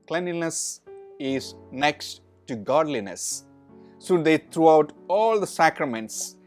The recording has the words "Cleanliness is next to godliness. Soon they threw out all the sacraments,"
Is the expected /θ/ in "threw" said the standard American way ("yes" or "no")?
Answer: no